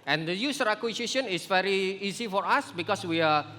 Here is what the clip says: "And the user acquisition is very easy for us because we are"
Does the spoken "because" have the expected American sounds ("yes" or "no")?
no